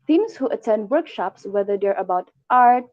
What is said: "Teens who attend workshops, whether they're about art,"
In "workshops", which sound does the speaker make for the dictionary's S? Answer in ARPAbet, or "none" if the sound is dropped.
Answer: S